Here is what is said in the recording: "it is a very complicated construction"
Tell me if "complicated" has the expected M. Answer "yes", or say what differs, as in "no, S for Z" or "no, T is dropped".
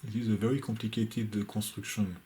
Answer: no, M is dropped